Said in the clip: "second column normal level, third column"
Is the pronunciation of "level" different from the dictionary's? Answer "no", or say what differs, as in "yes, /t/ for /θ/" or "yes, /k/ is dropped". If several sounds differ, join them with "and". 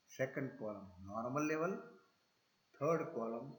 no